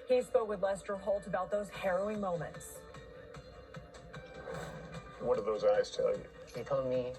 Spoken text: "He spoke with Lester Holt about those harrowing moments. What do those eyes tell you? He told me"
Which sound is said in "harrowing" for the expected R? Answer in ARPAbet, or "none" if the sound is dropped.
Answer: R